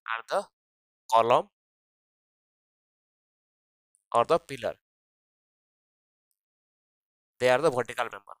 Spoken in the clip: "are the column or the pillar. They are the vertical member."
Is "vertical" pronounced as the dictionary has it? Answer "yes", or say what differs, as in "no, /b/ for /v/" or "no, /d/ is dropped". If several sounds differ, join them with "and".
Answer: no, /b/ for /v/